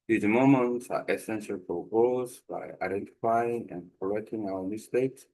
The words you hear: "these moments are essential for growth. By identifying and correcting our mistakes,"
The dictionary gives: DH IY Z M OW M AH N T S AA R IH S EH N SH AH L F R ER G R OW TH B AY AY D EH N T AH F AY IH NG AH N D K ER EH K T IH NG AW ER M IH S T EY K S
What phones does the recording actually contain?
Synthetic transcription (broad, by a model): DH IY M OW M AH N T AA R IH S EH N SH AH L P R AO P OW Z B AY AY D EH N T AH F AY IH NG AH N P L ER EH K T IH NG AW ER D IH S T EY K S